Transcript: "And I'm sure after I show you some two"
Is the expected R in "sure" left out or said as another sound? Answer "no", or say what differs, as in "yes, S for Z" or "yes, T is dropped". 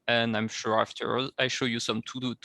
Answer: no